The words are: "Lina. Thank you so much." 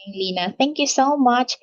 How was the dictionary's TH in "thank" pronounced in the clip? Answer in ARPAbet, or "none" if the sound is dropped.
T